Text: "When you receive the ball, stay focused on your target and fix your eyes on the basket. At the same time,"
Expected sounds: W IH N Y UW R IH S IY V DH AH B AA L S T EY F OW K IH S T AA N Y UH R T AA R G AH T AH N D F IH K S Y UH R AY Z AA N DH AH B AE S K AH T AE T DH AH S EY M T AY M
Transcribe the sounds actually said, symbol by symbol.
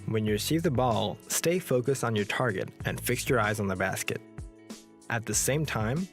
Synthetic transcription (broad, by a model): W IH N Y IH R IH S IY V DH AH B AA L S T EY F OW K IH S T N Y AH R T AA R G AH T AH N F IH K S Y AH R AY Z N DH AH B AE S K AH T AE T DH AH S EY M T AY M